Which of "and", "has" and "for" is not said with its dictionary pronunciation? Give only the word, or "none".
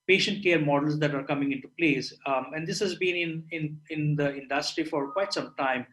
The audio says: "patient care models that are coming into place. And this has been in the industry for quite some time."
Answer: none